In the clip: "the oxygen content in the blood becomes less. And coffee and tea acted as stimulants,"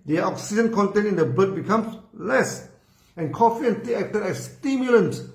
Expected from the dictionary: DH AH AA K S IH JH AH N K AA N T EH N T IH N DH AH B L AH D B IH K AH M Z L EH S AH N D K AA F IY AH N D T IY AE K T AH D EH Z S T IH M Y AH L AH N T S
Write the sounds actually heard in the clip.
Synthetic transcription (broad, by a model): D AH AA K S IH JH AH N K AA N T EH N IH N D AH B AH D B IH K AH M S L EH S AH N K AA F IY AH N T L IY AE K T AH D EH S T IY M Y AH L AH N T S